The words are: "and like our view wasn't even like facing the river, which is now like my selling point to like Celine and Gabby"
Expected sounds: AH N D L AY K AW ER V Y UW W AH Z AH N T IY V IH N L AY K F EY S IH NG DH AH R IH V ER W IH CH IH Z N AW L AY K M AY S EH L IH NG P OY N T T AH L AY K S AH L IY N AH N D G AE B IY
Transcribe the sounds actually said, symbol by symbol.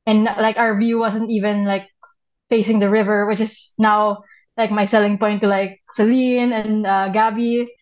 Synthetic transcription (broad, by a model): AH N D L AY K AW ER V Y UW W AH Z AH N T IY V IH N L AY K F EY S IH NG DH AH R IH V ER W IH CH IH S N AW L AY K M AY S EH L IH NG P OY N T T AH L AY K S AH L IY N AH N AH G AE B IY